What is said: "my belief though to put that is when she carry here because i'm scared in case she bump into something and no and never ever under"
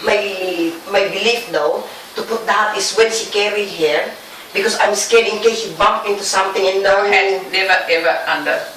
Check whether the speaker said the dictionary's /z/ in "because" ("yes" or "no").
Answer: no